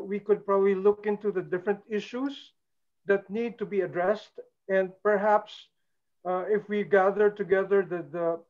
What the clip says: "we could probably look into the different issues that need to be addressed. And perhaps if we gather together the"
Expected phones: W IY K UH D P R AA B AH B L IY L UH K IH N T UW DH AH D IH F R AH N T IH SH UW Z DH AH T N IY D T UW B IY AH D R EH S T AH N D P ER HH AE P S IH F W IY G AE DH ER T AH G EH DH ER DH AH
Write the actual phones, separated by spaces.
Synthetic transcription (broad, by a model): W IY K UH D P R AA B AH B L IY L UH K IH N T UW DH AH D IH F R AH N T IH SH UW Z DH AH T N IY D T UW B IY AH D R EH S T AH N D P ER HH AE P S IH F W IY G AE DH ER T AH G EH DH ER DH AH